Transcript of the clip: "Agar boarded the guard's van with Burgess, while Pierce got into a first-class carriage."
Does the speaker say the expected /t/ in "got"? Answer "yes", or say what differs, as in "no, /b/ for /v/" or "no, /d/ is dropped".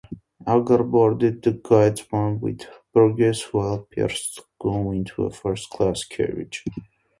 no, /t/ is dropped